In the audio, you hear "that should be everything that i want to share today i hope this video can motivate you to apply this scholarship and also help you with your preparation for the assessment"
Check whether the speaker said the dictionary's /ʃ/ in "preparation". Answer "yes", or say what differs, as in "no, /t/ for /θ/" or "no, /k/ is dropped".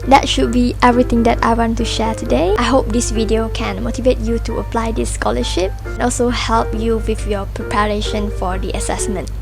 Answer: yes